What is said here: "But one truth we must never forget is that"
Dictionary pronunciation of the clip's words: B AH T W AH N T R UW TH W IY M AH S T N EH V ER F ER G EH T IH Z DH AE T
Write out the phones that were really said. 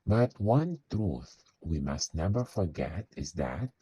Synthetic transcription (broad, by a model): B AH T W AH N T R UW TH W IY M AH S T N EH V ER F ER G EH T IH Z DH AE T